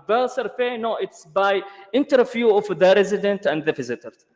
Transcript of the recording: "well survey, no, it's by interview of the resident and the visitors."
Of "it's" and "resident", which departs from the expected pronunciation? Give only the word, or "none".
none